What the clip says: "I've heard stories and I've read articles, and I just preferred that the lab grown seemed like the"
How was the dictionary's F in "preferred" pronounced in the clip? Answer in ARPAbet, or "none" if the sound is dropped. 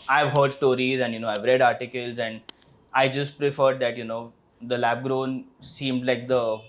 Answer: F